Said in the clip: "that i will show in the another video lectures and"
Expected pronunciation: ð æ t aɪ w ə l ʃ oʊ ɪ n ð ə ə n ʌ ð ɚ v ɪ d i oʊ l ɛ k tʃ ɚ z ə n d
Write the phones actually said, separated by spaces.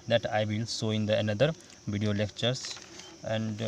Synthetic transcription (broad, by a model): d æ t aɪ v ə l s oʊ ɪ n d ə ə n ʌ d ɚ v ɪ d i oʊ l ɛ k tʃ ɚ s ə n d